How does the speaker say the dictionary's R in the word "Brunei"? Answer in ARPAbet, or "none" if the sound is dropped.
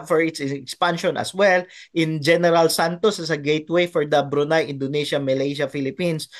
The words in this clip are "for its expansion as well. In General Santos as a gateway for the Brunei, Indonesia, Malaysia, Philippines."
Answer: R